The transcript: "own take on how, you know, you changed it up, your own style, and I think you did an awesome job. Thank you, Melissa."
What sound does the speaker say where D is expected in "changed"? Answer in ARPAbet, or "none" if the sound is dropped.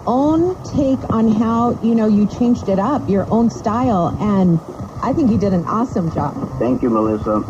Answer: D